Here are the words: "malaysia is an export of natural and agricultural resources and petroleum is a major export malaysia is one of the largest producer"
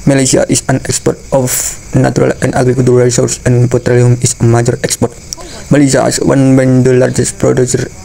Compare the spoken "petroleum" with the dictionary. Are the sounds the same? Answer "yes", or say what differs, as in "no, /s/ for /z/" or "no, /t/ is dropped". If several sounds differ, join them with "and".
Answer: yes